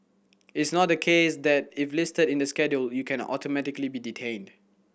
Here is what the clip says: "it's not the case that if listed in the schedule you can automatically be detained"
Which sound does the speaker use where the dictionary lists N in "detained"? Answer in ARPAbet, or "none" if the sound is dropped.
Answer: N